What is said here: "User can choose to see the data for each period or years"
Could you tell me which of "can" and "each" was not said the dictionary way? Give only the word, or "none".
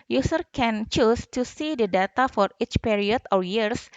none